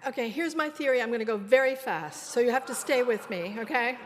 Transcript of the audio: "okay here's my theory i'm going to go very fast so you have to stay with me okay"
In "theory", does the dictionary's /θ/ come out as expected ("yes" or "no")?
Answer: yes